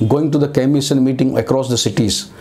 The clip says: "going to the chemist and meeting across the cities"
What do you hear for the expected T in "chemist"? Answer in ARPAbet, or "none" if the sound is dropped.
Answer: none